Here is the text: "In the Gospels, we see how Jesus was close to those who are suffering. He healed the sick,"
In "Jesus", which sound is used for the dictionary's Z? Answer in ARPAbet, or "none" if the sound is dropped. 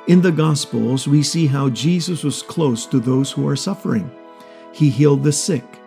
Z